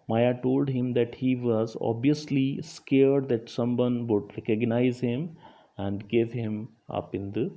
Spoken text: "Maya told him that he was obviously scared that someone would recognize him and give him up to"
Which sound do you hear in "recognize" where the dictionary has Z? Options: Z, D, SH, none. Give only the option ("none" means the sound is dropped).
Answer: Z